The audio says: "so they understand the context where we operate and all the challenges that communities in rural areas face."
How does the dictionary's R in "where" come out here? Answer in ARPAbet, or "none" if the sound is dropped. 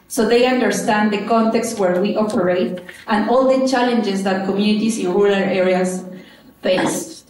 R